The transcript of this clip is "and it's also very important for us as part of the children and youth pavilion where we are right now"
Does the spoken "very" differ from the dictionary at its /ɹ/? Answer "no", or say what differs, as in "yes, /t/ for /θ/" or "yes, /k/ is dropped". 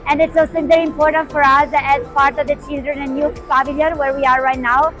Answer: yes, /l/ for /ɹ/